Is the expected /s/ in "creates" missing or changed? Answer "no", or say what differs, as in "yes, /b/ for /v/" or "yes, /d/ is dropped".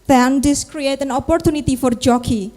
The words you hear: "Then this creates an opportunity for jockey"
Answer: yes, /s/ is dropped